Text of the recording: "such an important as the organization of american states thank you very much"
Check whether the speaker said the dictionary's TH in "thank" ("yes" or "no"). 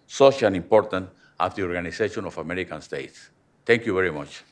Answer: no